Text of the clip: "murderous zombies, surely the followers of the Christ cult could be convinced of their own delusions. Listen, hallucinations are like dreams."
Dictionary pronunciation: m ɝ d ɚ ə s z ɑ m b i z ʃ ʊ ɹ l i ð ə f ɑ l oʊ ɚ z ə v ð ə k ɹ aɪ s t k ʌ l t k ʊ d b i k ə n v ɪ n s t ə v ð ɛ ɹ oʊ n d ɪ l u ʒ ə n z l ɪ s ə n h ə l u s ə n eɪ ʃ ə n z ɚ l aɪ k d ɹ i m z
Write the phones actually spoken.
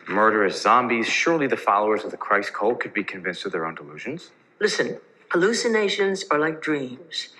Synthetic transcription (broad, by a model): m ɝ d ɚ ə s z ɑ m b i z ʃ ʊ ɹ l i ð ə f ɑ l oʊ ɚ z ə v ð ə k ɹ aɪ s k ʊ l k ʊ d b i k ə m v ɪ n s t ə v ð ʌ ɹ oʊ n d ɪ l u ʒ ə n z l ɪ s ə n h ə l u s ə n eɪ ʃ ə n z ɚ l aɪ k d ɹ i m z